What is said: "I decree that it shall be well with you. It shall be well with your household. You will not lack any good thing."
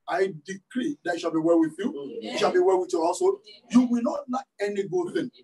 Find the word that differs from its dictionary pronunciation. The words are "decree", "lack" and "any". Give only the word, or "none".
lack